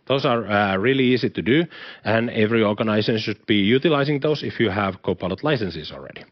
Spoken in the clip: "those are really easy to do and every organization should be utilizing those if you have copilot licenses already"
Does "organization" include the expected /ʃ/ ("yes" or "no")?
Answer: no